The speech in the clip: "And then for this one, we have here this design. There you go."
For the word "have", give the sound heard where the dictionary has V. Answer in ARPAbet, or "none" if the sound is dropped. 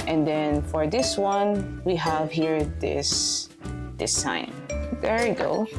V